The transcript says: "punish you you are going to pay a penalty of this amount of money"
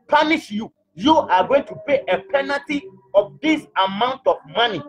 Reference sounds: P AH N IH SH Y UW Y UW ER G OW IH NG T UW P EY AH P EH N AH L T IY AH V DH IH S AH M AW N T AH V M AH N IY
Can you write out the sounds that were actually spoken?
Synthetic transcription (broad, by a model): P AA N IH SH Y UW Y UW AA G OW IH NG T UW P EY AH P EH N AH T IY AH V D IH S AH M AW N T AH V M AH N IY